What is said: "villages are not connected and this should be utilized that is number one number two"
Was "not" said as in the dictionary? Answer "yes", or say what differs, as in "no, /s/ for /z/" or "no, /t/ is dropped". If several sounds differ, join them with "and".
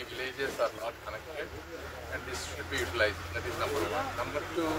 no, /l/ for /n/